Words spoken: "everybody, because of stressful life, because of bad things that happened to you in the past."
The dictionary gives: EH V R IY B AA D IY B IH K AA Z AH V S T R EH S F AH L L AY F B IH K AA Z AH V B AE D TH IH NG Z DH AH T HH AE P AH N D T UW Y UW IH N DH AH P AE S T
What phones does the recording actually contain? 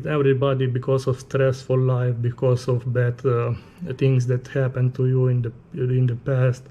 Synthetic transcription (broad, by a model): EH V R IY B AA D IY B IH K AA S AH F S T R EH S F AH L L AY F B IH K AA S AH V B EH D T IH NG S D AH T HH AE P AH N T UW Y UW IH N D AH P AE S T